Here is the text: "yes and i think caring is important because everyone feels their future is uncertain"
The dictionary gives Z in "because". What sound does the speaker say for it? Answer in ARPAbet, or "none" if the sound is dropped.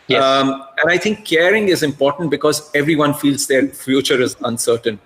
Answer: Z